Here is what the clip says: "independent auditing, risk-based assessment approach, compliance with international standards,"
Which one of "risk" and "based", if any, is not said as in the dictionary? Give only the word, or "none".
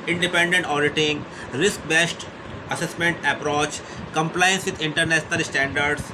none